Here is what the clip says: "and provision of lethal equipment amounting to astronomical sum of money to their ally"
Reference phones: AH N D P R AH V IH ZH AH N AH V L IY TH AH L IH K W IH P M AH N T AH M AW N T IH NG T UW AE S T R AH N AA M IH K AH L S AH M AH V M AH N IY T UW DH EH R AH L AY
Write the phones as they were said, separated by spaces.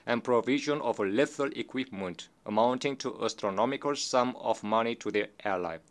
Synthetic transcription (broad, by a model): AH N P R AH V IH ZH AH N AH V L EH F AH L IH K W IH P M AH N T AH M AW N T IH NG T UW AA S T R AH N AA M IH K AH L S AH M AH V M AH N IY T UW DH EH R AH L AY